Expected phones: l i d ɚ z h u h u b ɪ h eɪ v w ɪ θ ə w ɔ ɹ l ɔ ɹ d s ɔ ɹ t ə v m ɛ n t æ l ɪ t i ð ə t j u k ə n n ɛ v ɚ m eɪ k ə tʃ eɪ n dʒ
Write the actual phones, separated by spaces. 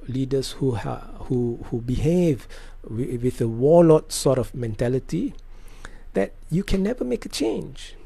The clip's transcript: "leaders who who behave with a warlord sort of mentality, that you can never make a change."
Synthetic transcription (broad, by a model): l i d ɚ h h u h u b ɪ h eɪ v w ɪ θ ə w ɔ l ɔ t s ɔ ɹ t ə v m ɛ n t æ l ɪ t i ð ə t j u k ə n n ɛ v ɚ m eɪ k ə tʃ eɪ n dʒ